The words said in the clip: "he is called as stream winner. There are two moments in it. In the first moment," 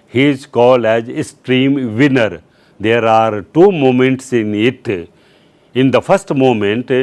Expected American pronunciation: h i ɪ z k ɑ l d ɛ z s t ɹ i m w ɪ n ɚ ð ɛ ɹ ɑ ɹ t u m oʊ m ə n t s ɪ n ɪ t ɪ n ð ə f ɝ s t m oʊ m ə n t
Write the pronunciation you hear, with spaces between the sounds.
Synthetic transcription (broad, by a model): h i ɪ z k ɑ l ɛ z s t ɹ i m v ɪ n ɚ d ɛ ɹ ɑ ɹ t u m oʊ m ə n t s ɪ n ɪ t ɪ n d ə f ɝ s t m oʊ m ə n t